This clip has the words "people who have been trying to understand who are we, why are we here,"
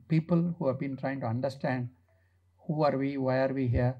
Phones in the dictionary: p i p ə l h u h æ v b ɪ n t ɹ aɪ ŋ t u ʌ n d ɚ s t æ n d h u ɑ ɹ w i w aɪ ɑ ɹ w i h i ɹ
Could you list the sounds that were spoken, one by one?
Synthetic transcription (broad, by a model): p i p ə l h u h æ v b ɪ n t ɹ aɪ ŋ t u ʌ n d ɚ s t æ n d h u ɑ ɹ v i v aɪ ɑ ɹ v i h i ɹ